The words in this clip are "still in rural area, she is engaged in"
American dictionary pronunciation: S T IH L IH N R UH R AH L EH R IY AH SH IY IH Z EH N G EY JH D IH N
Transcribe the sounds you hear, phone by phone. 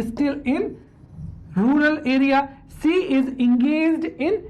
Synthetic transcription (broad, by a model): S T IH L IH N R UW R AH L EH R IY AH S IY IH Z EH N G EY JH D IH N